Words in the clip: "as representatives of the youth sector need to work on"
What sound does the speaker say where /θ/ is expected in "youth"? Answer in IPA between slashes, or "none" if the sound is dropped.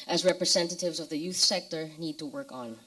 /θ/